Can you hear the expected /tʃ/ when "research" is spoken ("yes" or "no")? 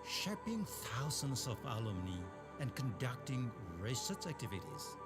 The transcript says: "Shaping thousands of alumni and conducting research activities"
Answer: no